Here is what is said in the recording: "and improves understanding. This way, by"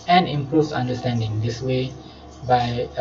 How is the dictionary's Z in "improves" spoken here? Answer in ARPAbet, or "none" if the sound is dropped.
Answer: none